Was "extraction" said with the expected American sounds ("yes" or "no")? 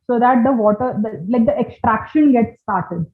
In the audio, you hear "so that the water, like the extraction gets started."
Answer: yes